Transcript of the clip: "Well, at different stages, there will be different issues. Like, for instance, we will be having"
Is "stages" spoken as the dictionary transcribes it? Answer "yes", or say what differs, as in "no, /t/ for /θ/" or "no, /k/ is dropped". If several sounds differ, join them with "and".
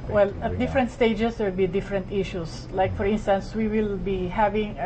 no, /dʒ/ is dropped